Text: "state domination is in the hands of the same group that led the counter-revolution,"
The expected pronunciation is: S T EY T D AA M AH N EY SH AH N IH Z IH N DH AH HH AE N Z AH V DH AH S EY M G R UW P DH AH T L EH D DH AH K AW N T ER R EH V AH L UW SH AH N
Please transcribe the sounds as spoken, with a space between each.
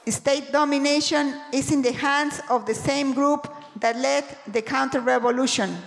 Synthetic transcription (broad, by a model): S T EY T D AA M AH N EY SH AH N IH S IH N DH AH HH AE N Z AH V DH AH S EY M G R UW P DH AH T L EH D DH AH K AW N T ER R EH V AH L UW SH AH N